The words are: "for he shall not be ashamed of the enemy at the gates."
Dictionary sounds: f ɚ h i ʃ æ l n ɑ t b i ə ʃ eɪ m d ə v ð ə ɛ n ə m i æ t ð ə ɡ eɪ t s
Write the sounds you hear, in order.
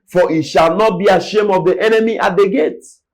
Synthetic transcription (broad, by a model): f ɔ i ʃ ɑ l n ɑ t b i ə ʃ eɪ m ə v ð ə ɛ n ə m i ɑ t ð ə ɡ eɪ t